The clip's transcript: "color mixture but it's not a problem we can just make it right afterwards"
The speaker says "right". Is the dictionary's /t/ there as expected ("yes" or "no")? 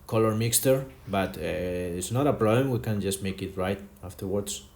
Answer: yes